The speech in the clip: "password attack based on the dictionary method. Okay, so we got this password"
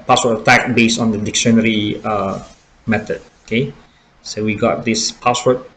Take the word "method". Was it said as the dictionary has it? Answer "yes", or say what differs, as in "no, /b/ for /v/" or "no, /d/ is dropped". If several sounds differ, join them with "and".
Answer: no, /t/ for /θ/